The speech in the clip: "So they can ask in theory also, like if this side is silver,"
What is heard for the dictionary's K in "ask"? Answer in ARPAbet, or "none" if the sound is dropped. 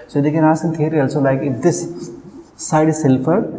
none